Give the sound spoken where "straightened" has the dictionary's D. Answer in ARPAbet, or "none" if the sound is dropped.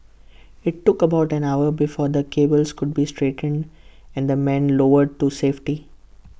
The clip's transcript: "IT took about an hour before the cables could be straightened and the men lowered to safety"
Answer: D